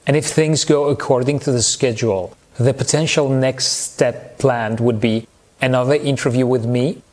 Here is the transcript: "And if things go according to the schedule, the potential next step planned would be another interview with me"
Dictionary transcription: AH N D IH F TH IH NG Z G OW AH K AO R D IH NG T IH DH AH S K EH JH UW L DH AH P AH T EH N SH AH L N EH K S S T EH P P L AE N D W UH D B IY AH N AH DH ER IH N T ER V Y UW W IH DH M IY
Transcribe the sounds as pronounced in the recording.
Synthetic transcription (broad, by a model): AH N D IH F TH IH NG Z G OW AH K AO R D IH NG T IH DH AH S K EH JH UW L DH AH P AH T EH N SH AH L N EH K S S T EH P P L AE N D W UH D B IY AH N AH DH ER IH N T ER V Y UW W IH DH M IY